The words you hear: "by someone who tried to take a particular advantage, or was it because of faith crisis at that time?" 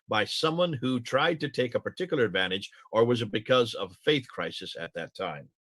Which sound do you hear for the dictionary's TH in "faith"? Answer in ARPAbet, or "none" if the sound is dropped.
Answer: TH